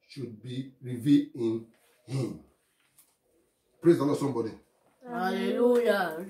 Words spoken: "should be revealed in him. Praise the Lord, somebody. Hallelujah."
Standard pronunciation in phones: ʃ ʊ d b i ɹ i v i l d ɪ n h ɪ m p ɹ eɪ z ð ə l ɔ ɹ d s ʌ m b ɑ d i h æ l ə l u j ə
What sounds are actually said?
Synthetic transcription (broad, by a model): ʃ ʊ d b i ɹ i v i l ɪ n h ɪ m p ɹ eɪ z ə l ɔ s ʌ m b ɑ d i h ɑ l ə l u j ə